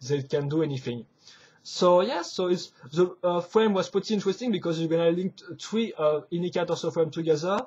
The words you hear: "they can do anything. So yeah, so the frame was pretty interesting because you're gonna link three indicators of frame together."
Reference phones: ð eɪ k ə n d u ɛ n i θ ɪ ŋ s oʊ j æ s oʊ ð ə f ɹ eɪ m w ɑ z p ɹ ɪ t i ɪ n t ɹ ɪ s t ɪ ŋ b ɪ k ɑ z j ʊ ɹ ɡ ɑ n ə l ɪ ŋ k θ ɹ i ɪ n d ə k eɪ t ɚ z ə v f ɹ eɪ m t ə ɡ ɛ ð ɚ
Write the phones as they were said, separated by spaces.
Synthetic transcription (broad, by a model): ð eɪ k ə n d u ɛ n i θ ɪ ŋ s oʊ j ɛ s oʊ ð ə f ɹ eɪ m w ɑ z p ɪ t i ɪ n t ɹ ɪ s t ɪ ŋ b ɪ k ɑ z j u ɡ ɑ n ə l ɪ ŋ k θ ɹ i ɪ n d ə k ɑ t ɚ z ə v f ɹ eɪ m t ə ɡ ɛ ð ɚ